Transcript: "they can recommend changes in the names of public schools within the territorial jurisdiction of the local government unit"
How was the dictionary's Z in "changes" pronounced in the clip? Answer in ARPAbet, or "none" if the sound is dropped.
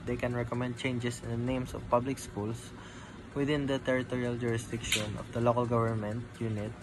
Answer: S